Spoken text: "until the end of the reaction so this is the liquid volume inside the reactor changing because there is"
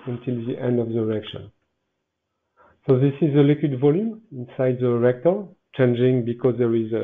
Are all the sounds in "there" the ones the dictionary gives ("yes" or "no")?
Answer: yes